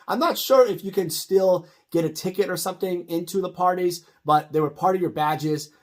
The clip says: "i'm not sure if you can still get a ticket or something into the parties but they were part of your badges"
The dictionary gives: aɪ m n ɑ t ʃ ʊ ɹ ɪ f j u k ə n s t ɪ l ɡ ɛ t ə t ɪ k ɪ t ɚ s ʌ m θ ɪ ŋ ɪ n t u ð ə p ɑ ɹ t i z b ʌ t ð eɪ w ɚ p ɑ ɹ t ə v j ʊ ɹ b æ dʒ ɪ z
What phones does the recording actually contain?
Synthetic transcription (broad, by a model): aɪ m n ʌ t ʃ ʊ ɹ ɪ f j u k ə n s t ɪ l ɡ ɛ t ə t ɪ k ɪ t ɚ s ʌ m θ ɪ ŋ ɪ n t u ð ə p ɑ ɹ t i z b ʌ t ð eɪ w ɚ p ɑ ɹ t ə v j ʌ ɹ b æ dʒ ɪ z